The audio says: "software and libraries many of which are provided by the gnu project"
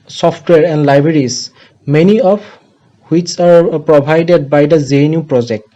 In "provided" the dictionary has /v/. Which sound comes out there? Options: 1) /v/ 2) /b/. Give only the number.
2